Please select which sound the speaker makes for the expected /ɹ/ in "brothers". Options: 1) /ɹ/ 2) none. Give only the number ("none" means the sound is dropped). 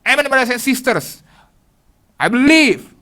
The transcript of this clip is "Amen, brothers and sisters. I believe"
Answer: 2